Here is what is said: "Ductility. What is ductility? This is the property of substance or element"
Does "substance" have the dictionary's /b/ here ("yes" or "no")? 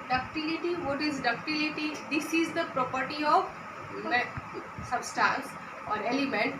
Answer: yes